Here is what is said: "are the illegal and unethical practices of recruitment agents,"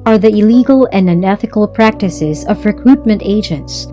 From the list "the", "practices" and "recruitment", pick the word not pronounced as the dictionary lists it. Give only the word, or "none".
none